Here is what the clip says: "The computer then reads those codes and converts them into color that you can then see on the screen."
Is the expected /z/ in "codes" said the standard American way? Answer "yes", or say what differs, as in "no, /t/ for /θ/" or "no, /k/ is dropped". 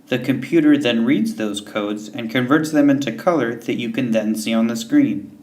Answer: yes